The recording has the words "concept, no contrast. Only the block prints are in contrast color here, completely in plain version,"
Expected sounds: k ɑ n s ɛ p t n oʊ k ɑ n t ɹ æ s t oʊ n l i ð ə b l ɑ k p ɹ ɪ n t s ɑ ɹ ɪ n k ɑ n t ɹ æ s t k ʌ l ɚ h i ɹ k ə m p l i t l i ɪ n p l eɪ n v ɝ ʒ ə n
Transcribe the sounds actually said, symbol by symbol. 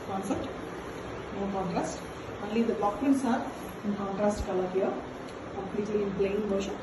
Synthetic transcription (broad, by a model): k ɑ n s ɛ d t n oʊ k ɑ n t ɹ æ s t oʊ n l i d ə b ɑ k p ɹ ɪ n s ɑ ɹ ɪ n k ɑ n t ɹ æ s t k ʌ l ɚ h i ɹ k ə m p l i t l i ɪ n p l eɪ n v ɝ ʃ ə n